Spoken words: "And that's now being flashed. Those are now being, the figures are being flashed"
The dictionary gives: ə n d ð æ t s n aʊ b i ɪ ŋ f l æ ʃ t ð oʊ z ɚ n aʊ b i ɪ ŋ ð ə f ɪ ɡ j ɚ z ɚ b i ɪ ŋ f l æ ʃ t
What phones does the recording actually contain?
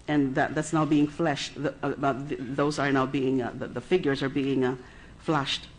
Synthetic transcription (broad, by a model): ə n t ð æ t s n aʊ b i ɪ ŋ f l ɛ ʃ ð ð oʊ z ɚ n aʊ b i ɪ ŋ ð ə f ɪ ɡ j ɚ z ɚ b i ɪ ŋ f l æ ʃ t